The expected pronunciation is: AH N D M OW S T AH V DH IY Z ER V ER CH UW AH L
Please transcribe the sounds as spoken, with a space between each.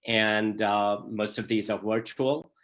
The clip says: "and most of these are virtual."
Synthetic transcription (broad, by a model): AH N D M OW S T AH V DH IY Z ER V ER CH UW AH L